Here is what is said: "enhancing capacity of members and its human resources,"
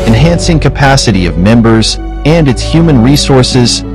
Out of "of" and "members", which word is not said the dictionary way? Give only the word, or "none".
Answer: none